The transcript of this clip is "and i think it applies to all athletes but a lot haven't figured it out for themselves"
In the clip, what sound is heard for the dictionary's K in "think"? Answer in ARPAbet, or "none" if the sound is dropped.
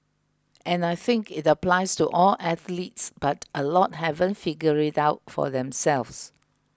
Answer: K